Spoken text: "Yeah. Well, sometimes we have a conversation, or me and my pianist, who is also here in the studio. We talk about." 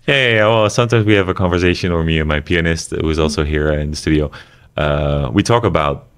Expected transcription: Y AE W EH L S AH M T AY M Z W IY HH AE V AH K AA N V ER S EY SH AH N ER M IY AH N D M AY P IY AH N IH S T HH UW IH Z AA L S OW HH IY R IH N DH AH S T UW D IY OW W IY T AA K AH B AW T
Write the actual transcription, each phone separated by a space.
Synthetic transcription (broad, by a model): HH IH W EH L S AH M T AY M Z W IY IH V AH K AA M V ER S EY SH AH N ER M IY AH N M AY P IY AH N IH S T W IH Z AA L S OW HH IY R IH N DH AH S T UW D IY OW W IY T AA K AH B AW T